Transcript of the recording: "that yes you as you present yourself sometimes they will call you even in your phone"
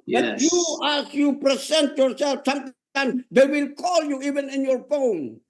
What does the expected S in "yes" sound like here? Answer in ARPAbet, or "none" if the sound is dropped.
none